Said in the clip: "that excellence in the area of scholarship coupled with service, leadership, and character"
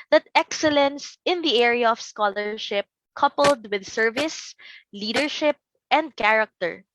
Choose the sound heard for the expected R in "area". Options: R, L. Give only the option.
R